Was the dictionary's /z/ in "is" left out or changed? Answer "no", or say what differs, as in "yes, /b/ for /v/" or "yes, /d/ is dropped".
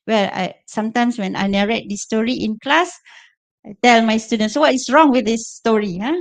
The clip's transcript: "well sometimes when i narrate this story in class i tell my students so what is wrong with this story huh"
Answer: yes, /s/ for /z/